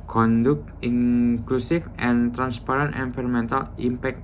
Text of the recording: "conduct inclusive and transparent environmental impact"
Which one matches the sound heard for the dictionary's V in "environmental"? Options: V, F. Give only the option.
F